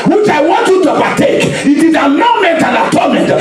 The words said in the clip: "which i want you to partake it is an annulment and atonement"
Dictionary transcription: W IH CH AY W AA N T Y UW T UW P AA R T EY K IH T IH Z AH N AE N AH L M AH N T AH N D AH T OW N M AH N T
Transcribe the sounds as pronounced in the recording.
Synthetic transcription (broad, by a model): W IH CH AY W AA N T Y UW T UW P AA T EY K IH T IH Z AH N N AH M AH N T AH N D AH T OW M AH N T